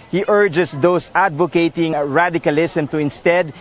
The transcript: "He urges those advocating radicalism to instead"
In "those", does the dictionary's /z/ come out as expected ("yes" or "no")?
no